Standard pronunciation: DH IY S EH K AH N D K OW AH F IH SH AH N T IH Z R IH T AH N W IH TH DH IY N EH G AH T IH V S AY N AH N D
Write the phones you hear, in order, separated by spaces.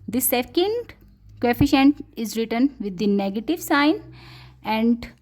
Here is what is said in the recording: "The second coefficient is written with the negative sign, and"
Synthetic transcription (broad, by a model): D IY S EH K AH N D K OW AH F IH SH AH N T IH Z R IH T AH N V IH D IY N EH G AH T IH V S AY N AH N D